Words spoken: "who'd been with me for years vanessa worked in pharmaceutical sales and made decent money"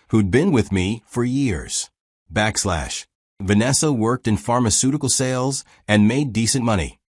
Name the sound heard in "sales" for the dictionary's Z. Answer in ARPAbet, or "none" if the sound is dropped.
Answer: Z